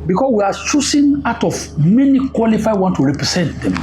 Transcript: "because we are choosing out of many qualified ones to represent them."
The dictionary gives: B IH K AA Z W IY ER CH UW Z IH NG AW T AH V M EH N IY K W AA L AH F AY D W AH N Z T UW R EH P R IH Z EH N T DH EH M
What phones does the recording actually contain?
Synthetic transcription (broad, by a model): B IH K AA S W IY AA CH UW S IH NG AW T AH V M EH N IY K W AA L AH F AY D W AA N T UW R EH P R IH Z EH N T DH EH M